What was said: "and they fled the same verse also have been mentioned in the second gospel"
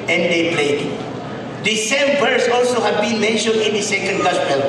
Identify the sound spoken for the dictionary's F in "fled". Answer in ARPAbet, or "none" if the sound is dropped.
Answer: P